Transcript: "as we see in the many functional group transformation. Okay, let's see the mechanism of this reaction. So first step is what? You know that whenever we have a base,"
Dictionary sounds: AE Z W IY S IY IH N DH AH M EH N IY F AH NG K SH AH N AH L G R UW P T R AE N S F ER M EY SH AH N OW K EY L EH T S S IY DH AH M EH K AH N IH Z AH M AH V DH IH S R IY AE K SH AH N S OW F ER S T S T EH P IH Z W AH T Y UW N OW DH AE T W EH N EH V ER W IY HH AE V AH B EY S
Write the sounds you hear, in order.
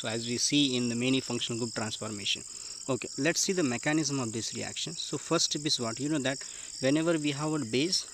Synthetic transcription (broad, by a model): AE Z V IY S IY IH N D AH M EH N IY F AH NG K SH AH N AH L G UW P T R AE N S F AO M EY SH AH N OW K EY L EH T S S IY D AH M EH K AH N IH Z AH M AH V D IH S R IY AE K SH AH N S OW F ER T S T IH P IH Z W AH T Y UW N OW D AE T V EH N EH V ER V IY HH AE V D B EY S